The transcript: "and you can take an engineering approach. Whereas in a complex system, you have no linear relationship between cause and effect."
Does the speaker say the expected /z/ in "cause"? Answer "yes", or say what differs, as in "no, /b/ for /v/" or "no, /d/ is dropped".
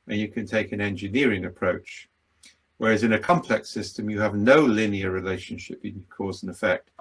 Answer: yes